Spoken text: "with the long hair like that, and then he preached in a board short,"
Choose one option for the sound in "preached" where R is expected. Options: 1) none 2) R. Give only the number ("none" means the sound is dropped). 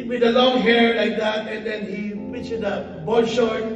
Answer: 1